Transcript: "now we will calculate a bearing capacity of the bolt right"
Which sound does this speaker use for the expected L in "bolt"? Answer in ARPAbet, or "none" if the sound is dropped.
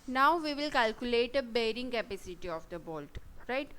L